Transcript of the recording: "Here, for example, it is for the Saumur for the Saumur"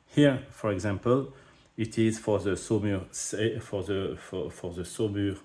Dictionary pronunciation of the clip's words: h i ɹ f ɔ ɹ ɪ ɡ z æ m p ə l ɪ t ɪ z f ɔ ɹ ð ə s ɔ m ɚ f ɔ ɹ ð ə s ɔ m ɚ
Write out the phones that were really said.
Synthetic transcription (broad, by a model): h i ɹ f ɔ ɹ ɪ ɡ z æ m p ə l ɪ t ɪ z f ɔ ɹ ð ə s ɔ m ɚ f ɔ ɹ ð ə s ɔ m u